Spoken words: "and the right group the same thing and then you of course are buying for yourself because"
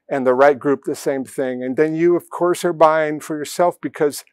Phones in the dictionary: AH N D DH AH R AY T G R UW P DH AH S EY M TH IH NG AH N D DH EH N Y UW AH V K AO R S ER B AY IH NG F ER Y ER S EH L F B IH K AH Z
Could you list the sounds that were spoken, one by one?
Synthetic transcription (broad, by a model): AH N DH AH R AY T G R UW P DH AH S EY M TH IH NG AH N DH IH N Y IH AH V K AO R S ER B AY IH NG F ER Y ER S EH L F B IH K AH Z